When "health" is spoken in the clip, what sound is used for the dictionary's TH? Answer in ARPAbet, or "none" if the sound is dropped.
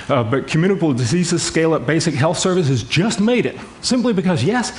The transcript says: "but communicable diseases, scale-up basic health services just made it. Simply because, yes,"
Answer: TH